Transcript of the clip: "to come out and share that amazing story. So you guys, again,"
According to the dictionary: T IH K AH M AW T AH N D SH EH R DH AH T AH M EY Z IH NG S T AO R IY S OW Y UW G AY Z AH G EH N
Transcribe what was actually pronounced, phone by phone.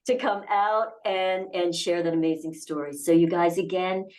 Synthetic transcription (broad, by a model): T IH K AH M AW T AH N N SH EH R DH AH T AH M EY Z IH NG S T AO R IY S OW Y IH G AY Z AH G EH N